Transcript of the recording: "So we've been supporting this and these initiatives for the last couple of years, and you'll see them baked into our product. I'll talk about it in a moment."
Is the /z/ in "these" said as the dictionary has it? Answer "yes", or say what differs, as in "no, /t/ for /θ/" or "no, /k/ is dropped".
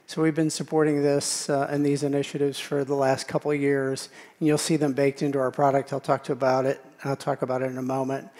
yes